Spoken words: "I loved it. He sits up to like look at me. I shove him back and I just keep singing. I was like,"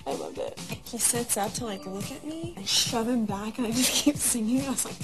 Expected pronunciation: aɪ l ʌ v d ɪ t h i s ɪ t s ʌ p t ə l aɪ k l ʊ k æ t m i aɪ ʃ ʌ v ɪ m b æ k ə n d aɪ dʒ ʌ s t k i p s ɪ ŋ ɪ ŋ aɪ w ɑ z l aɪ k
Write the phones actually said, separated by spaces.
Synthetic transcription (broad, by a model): aɪ l ʌ v ɪ t h i s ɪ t s ʌ p t ə l aɪ k l ʊ k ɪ t m i aɪ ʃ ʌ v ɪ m b æ k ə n aɪ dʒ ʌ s k i p s ɪ ŋ ɪ ŋ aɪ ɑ s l aɪ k